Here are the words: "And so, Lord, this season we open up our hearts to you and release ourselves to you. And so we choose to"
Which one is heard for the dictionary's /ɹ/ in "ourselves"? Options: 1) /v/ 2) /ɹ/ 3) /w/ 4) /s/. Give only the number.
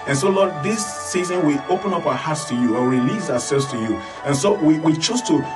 3